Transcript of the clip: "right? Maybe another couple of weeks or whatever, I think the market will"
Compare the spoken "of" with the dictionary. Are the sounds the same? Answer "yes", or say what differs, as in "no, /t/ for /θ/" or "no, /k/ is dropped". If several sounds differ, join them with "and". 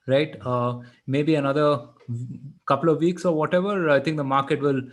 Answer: yes